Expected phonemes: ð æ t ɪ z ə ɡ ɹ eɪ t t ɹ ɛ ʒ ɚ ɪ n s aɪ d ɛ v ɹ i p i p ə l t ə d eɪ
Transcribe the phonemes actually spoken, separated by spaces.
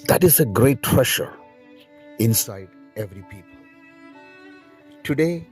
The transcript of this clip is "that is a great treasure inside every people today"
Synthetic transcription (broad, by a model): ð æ t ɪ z ə ɡ ɹ eɪ t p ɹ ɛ ʃ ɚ ɪ n s aɪ d ɛ v ɹ i p i p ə l t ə d eɪ